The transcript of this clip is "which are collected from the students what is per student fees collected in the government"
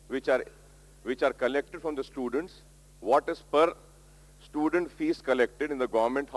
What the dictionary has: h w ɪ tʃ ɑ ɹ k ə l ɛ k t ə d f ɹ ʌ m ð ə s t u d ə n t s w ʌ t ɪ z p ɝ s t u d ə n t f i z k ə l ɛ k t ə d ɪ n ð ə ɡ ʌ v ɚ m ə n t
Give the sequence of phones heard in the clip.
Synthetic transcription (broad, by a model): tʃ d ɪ tʃ ɑ ɹ k ə l ɛ k t ə d f ɹ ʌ m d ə s t u d ə n t s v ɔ t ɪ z p ɝ s t u d ə n t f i s k ə l ɛ k t ə d ɪ n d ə ɡ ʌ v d m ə n t